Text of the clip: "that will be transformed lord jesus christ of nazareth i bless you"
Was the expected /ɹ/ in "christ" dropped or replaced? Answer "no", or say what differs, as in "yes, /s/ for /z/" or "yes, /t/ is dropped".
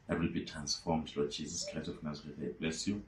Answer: yes, /ɹ/ is dropped